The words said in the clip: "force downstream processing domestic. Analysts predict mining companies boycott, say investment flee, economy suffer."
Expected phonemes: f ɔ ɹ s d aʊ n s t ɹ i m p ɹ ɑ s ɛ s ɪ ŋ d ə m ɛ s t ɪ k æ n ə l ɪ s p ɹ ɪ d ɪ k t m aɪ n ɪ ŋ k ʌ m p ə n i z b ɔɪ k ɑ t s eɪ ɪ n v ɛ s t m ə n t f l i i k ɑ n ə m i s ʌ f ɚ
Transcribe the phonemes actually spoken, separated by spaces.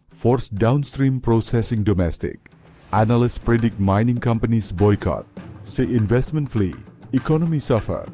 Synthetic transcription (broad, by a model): f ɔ ɹ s d aʊ n s t ɹ i m p ɹ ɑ s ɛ s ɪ ŋ d ə m ɛ s t ɪ k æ n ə l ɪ s p ɹ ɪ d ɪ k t m aɪ n ɪ ŋ k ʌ m p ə n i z b ɔɪ k ɑ t s eɪ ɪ n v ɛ s t m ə n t f l i i k ɑ n ə m i s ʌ f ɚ